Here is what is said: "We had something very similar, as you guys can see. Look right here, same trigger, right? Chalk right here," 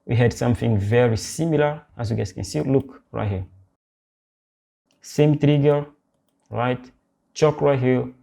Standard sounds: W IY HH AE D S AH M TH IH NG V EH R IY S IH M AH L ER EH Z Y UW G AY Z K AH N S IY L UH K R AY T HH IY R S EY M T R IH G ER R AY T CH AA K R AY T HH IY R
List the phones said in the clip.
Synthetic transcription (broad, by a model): W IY HH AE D S AH M TH IH NG V EH R IY S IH M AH L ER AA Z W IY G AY S K AH N S IY L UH K R AY T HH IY S EY M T R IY G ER R AY T CH AA K R AY T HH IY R